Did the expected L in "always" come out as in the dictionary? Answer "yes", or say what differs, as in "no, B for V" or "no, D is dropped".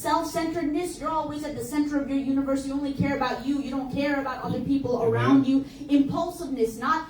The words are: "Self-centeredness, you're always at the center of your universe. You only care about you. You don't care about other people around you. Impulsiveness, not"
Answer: yes